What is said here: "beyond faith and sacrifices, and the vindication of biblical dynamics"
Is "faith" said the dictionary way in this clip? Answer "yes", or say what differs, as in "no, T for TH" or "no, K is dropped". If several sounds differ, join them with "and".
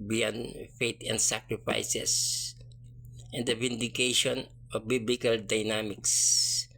no, T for TH